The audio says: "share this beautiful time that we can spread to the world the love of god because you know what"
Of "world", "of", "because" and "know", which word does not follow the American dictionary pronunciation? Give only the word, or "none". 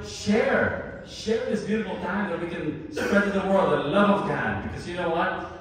none